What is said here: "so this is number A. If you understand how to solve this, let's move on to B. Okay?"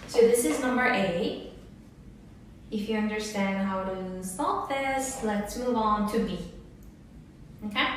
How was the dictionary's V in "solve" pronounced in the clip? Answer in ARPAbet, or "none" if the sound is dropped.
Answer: P